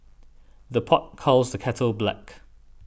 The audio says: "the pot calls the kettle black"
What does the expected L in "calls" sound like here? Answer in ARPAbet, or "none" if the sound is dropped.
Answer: L